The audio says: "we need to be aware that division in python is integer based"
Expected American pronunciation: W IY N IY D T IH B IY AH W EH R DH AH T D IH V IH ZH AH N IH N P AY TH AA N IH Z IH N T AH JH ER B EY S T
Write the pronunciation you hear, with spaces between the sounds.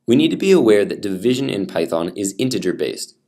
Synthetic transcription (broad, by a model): W IY N IY D T IH B IY AH W EH R DH AH T D IH V IH ZH AH N IH N P AY TH AA N IH Z IH N T AH JH ER B EY S T